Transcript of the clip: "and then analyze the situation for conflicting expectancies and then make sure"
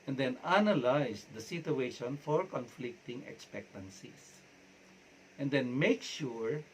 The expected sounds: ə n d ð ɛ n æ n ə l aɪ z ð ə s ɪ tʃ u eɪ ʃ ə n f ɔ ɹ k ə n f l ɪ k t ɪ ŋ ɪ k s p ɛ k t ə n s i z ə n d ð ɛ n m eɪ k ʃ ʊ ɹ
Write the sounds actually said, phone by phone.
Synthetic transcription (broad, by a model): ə n d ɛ n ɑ n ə l aɪ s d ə s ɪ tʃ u eɪ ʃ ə n f ɔ ɹ k ə n f l ɪ k t ɪ ŋ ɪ k s p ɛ k t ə n s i s ə n d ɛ n m eɪ k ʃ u ɹ